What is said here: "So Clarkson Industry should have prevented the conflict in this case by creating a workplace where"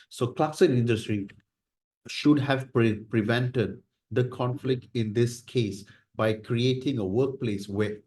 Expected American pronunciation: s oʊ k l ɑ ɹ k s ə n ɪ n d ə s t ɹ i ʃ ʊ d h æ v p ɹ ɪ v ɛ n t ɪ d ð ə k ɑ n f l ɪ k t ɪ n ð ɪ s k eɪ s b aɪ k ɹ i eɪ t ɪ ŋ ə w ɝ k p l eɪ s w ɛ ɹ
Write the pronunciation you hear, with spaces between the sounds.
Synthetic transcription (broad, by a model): s oʊ k l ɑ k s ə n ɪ n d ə s t ɹ i ʃ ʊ d h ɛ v p ɹ ɪ v ɛ n t ɪ d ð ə k ɑ n f l ɪ k t ɪ n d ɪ s k eɪ s b aɪ k ɹ i eɪ t ɪ ŋ ə w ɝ k p l eɪ s w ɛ